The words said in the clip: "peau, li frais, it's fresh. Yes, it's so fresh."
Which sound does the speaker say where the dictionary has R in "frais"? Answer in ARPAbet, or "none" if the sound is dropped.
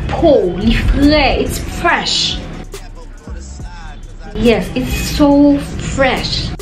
L